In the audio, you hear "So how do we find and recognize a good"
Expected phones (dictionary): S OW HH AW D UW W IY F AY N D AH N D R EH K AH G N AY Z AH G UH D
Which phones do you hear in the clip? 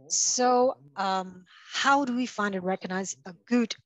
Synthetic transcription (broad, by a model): S OW HH AW D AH W IY F AY N D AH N R EH K AH G N AY Z AH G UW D